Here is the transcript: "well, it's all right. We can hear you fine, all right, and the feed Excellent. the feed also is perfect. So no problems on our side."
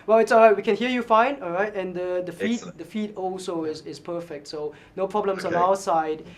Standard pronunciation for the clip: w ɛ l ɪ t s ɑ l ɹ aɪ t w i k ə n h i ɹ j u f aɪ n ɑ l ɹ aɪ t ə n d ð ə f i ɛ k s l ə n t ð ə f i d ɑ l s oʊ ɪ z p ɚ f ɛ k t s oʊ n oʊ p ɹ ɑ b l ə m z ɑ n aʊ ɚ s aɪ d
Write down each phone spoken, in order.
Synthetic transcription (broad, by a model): w ɛ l ɪ t s ɑ l ɹ aɪ t w i k ə n h i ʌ j u f aɪ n ɑ l ɹ aɪ t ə n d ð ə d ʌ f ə t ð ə f i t ɑ l s oʊ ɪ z p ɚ f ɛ k t s oʊ n oʊ p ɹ ɑ b l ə m s ɑ n aʊ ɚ s aɪ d